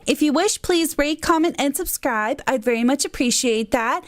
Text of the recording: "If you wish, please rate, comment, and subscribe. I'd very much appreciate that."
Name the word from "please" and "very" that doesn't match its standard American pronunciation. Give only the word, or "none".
none